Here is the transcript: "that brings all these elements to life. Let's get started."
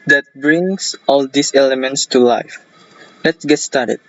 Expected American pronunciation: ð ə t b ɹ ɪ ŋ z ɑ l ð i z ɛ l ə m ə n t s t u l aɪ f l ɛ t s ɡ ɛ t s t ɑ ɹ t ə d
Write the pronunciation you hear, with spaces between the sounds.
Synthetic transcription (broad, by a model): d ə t b ɹ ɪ ŋ s ɑ l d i s ɛ l ə m ə n t s t u l aɪ f l ɛ t s ɡ ɛ t s t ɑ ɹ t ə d